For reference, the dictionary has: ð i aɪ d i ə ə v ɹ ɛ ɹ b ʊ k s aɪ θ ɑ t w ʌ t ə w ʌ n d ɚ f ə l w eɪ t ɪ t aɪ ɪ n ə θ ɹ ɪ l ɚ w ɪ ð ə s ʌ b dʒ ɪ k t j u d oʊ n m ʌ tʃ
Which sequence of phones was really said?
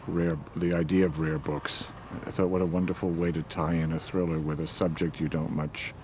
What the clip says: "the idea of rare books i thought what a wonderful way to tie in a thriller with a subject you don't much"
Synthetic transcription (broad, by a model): ð i aɪ d i ə ə v ɹ ɛ ɹ b ʊ k s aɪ θ ɑ t w ʌ t ə w ʌ n d ɚ f l w eɪ t ɪ t aɪ ɪ n ə θ ɹ ɪ l ɚ w ɪ ð ə s ʌ b dʒ ɪ k t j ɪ d oʊ n m ʌ tʃ